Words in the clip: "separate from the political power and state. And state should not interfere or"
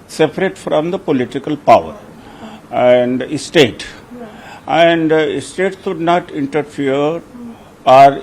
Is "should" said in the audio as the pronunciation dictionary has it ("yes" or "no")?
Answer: no